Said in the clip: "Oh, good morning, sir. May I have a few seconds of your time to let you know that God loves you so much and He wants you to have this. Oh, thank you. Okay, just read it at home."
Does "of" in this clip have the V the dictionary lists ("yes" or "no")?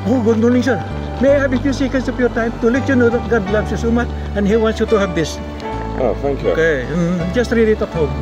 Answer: no